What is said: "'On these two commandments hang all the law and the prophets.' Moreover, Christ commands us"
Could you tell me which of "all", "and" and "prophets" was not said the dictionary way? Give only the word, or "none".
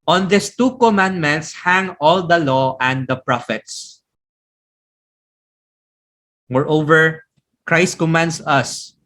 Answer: none